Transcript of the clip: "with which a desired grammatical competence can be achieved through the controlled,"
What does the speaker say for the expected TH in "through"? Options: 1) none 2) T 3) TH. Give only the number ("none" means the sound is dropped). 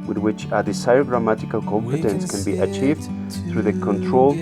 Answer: 3